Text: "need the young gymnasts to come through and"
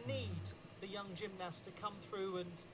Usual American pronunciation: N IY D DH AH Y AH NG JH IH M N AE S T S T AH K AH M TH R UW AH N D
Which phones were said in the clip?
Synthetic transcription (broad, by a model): N IY D DH AH Y AH NG JH IH M N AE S S T AH K AH M TH R UW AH N